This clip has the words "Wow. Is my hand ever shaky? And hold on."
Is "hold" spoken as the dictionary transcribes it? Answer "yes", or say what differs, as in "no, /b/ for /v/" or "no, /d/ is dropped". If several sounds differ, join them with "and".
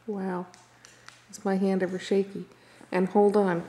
yes